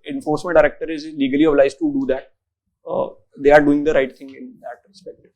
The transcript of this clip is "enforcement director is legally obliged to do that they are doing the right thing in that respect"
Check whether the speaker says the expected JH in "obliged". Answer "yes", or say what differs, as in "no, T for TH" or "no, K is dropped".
no, Z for JH